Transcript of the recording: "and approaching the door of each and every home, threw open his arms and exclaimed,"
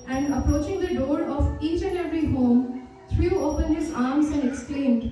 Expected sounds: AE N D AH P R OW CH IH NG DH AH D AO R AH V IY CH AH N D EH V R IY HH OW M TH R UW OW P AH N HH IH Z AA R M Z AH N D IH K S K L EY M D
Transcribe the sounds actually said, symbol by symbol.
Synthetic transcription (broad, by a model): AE N D AH P R OW CH IH NG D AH D AO R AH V IY CH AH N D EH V R IY HH OW M T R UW OW P AH N HH IH Z AA R M Z AH N D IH K S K L EY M D